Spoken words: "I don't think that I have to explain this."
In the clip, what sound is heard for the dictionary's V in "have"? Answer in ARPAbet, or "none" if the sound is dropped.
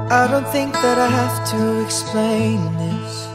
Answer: F